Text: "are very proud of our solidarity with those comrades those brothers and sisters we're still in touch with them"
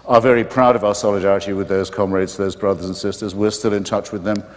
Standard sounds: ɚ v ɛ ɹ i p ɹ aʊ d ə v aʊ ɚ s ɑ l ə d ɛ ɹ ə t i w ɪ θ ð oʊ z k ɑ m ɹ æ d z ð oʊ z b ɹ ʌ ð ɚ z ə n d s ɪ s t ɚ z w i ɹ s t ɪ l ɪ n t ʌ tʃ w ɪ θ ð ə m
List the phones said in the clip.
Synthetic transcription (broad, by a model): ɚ v ɛ ɹ i p ɹ aʊ d ə v aʊ ɚ s ɑ l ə d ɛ ɹ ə t i w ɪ ð oʊ z k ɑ m ɹ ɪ d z ð oʊ z b ɹ ʌ ð ɚ z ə n s ɪ s t ɚ z w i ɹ s t ɪ l ɪ n t ʌ tʃ w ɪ ð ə m